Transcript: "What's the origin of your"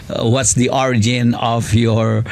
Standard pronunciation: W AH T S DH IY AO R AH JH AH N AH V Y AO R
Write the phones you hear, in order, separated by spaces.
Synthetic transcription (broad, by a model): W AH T S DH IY AO R AH JH AH N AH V Y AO R